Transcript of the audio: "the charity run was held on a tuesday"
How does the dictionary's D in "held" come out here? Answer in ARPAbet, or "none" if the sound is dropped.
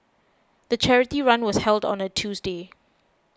D